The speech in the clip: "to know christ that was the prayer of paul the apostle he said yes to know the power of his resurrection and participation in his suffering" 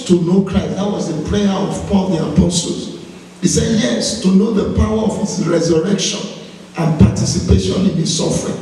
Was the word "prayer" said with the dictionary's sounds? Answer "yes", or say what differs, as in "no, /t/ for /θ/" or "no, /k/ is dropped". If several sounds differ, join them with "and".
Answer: no, /l/ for /ɹ/